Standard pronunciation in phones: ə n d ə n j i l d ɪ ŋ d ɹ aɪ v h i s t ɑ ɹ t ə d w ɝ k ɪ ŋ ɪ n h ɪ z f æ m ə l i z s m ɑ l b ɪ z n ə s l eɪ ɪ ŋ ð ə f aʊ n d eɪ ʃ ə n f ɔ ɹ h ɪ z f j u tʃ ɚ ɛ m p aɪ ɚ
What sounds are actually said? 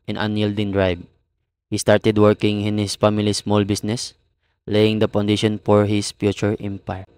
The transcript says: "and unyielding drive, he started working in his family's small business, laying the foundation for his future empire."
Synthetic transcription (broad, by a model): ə n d ə n j i l d ɪ ŋ d ɹ aɪ b h i s t ɑ ɹ t ə d w ɝ k ɪ ŋ ɪ n h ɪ s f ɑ m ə l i s m ɑ l b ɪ s n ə s l eɪ ɪ ŋ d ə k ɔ n d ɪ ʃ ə n f ɔ ɹ h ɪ s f j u tʃ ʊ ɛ m p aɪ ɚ